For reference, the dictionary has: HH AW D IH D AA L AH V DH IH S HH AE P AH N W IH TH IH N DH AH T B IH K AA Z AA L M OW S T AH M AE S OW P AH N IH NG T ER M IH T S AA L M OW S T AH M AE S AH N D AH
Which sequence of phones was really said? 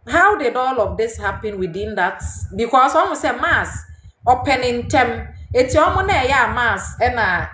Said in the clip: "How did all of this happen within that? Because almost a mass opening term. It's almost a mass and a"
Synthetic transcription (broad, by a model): HH AW D IH D AA L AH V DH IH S HH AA P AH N W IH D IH N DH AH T B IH K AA S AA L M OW S AH M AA S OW P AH N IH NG T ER M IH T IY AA M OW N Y AH M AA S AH N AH